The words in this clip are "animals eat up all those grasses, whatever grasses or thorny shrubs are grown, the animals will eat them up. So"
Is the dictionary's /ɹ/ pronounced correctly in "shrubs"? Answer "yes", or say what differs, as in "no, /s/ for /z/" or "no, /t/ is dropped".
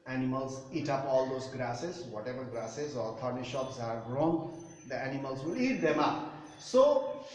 no, /ɹ/ is dropped